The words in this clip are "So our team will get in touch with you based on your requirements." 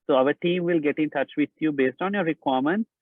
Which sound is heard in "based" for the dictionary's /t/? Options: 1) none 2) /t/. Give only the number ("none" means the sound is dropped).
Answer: 2